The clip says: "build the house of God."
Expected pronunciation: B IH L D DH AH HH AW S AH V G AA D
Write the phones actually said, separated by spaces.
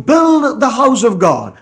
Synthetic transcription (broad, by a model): B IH L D DH AH HH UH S AH V G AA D